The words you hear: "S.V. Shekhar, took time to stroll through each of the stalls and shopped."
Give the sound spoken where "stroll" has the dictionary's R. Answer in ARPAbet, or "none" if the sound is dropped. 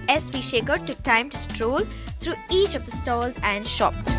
R